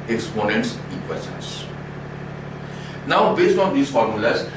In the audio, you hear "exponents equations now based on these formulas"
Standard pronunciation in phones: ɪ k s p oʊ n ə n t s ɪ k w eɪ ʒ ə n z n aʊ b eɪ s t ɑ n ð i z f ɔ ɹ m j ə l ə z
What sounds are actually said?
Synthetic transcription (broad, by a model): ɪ k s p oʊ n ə n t s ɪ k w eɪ s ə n s n aʊ b eɪ s t ɑ n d i s f ɔ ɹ m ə l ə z